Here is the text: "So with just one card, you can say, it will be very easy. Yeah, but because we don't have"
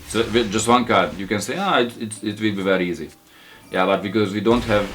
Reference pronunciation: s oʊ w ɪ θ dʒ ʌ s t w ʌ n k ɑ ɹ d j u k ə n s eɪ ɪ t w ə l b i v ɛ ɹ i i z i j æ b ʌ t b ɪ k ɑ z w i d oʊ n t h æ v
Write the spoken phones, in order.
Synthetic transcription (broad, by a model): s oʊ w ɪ dʒ ʌ s t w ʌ n k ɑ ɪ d j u k ə n s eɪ ɪ t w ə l b i v ɛ ɹ i i z i j æ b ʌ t b ɪ k ɑ z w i d oʊ n t h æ v